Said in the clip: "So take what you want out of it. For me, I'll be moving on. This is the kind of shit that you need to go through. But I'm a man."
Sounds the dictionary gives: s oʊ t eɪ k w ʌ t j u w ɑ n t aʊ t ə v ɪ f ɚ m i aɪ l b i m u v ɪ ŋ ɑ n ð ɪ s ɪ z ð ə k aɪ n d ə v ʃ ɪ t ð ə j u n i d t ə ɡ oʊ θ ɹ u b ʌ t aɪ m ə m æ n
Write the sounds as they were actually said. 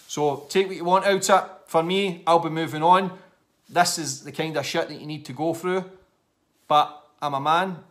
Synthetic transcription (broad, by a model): s oʊ t eɪ k w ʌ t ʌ w ɑ n t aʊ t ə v f ɚ m i aɪ l b i m u v ɪ ŋ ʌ n ð ɪ s ɪ z ð ə k aɪ n d ə v ʃ ɪ t ð ə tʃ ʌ n i d t ə ɡ oʊ θ ɹ u b ʌ t aɪ m ə m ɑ n